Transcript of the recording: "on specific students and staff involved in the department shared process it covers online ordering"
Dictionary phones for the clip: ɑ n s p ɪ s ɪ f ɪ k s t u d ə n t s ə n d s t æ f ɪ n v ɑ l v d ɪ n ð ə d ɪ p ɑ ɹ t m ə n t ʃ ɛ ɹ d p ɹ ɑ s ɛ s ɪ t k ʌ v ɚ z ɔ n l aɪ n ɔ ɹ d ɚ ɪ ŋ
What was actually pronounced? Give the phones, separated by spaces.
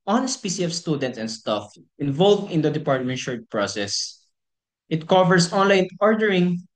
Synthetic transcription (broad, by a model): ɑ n s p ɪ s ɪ ɪ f s t u d ə n t s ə n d s t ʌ f ɪ n v ɑ l v d ɪ n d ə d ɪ p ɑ ɹ t m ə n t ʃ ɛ ɹ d p ɹ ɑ s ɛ s ɪ t k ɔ v ɚ s ɔ n l aɪ n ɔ ɹ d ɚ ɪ ŋ